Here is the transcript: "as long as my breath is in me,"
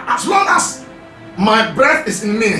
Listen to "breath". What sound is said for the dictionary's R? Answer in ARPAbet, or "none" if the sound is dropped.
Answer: R